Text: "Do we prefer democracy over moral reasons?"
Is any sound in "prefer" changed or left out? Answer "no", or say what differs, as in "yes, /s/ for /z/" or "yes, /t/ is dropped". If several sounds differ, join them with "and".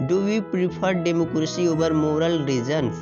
yes, /p/ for /f/